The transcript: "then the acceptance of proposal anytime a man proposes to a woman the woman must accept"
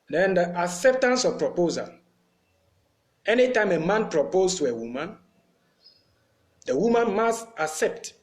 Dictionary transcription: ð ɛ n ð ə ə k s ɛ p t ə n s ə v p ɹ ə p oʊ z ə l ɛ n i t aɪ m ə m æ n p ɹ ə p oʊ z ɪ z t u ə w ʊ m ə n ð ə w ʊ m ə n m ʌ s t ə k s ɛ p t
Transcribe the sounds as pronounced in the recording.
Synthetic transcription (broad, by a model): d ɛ n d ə ə k s ɛ p t ə n s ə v p ɹ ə p oʊ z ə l ɛ n i t aɪ m ə m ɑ n p ɹ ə p oʊ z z t u ə w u m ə n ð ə w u m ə n m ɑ s t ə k s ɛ p t